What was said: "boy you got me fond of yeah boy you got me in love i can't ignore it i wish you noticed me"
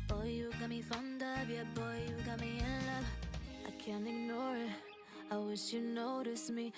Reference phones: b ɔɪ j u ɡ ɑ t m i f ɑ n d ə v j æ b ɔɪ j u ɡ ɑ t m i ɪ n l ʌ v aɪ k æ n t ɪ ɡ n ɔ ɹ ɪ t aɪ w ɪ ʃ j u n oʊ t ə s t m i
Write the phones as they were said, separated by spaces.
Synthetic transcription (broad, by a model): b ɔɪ j u ɡ ɑ t m i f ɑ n d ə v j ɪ b ɔɪ j u ɡ ɑ t m i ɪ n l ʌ aɪ k æ n t ɪ ɡ n ɔ ɹ ɪ t aɪ w ɪ ʃ j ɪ n oʊ t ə s m i